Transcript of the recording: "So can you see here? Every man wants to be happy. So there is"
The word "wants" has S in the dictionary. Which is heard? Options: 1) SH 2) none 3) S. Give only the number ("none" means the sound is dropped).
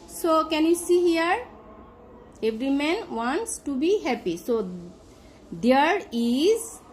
3